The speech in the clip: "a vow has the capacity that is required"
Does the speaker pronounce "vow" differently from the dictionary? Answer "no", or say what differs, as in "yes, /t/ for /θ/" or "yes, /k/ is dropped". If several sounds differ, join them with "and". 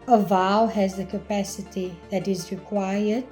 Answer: no